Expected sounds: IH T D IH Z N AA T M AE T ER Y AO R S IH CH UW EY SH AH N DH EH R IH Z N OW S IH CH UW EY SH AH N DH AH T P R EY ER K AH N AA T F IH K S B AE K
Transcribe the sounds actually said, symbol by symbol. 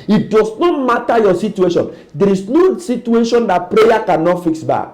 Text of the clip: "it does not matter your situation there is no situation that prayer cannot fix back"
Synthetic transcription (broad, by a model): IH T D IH S N AA T M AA T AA Y AO S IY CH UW EY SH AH N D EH R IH S N OW S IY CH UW EY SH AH N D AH T P R EY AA K AH N AA T F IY K S B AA K